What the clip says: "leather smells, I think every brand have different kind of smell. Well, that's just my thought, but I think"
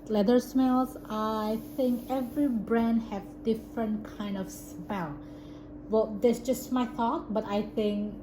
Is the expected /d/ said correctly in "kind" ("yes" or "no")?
yes